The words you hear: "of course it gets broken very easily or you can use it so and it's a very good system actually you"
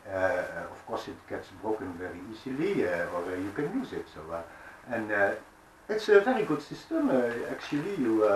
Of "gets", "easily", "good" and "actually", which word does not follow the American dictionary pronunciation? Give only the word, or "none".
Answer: none